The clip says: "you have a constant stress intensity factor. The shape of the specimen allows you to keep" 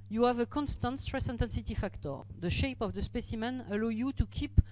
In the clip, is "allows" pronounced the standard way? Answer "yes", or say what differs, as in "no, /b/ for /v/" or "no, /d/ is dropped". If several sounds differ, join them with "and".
no, /z/ is dropped